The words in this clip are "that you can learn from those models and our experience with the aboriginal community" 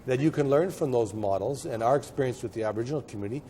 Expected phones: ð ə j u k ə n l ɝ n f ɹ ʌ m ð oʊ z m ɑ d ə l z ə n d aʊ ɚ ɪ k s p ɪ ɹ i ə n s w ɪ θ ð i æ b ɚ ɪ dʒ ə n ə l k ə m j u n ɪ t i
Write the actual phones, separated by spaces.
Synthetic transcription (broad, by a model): ð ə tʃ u k ə n l ɝ n f ɹ ʌ m ð oʊ z m ɑ d l z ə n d aʊ ɚ ɪ k s p ɪ ɹ i ə n s w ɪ ð i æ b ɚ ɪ dʒ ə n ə l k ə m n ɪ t i